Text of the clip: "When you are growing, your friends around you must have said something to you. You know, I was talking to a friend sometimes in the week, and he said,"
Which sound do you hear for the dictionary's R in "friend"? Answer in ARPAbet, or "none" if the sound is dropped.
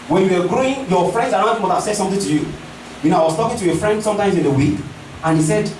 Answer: R